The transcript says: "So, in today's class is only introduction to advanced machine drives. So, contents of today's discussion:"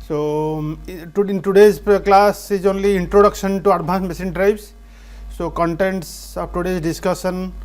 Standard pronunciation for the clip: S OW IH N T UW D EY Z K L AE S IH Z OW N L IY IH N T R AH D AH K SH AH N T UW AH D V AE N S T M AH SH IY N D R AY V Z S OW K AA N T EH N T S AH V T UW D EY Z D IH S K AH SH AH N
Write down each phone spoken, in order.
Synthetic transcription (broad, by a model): S OW IH N T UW D EY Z K L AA S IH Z OW N L IY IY N T R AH D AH K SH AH N T UW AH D B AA N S M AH S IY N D R AY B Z S OW K AA N T EH N T S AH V T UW D EY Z D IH S K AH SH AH N